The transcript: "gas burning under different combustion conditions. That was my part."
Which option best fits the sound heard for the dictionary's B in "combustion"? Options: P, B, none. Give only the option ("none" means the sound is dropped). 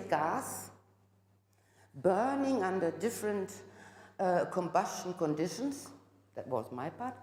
B